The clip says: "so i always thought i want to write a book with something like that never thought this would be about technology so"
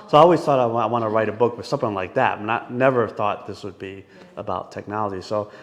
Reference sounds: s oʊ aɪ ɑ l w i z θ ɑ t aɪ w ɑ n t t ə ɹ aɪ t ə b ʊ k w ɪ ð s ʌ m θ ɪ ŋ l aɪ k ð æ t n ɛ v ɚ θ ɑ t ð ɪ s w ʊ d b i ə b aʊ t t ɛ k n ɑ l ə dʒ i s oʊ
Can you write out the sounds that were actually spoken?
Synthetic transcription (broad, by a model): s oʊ aɪ ɑ l w i z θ ɑ t aɪ w ɑ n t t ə ɹ aɪ t ə b ʊ k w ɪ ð s ʌ m θ ɪ ŋ l aɪ k ð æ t n ɛ v ɚ θ ɑ t ð ɪ s w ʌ d b i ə b aʊ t t ɛ k n ɑ l ə dʒ i s oʊ